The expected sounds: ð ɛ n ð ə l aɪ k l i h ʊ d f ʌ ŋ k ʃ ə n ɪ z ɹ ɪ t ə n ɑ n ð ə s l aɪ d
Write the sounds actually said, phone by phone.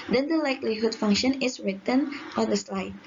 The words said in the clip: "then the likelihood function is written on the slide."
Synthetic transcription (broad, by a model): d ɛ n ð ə l aɪ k l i h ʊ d f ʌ ŋ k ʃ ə n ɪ s ɹ ɪ t ə n ɑ n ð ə s l aɪ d